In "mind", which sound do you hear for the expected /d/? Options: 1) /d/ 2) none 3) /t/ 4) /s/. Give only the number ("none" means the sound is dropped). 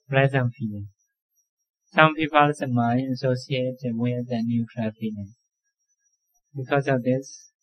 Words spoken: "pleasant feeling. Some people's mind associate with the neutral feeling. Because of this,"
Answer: 2